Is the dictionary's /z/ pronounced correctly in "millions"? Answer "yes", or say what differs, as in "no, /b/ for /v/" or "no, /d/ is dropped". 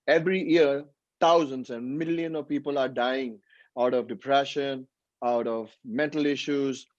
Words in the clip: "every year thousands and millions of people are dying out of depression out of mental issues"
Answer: no, /z/ is dropped